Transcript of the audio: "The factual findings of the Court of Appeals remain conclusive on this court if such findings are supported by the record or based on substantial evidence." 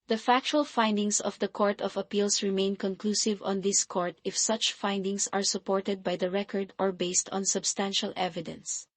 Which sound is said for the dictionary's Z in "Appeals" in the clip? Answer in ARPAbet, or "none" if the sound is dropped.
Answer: S